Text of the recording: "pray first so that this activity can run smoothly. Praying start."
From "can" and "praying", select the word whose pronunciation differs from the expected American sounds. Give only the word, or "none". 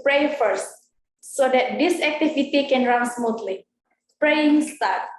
none